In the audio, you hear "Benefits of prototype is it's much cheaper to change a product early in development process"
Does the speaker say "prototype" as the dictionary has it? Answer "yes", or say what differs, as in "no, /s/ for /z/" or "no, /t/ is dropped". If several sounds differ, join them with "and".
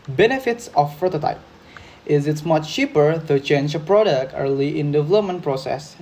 no, /ɹ/ is dropped